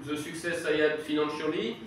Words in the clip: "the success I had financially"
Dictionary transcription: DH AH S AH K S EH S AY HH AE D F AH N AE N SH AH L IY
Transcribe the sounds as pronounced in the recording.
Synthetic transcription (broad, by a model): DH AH S AH K S EH S AY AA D F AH N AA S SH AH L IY